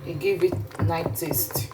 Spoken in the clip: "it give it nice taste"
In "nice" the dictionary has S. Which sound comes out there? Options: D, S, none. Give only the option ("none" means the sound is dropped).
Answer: none